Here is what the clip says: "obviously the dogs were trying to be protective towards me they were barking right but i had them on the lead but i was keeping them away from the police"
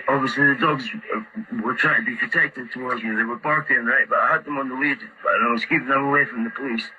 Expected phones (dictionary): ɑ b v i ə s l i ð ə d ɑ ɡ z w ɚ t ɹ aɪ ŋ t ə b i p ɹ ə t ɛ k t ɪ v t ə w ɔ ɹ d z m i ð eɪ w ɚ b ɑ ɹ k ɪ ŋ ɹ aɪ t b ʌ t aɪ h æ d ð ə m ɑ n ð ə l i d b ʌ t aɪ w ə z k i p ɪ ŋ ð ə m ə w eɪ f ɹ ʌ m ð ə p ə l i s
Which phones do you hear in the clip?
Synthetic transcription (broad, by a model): ɑ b v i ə s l i ð ə d ɑ ɡ z w ɚ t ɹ aɪ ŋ t ə b i p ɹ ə t ɛ k t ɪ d t ə w ɔ ɹ d z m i ð eɪ w ɚ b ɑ ɹ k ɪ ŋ ɹ aɪ t b ʌ t aɪ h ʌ d ð ə m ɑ n ð ə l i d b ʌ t aɪ w ə z k i p ɪ ŋ ð ə m ə w eɪ f ɹ ʌ m ð ə p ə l i s